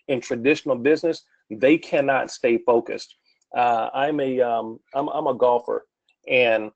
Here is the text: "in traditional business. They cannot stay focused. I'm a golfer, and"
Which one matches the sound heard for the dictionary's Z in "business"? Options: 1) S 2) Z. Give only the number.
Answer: 2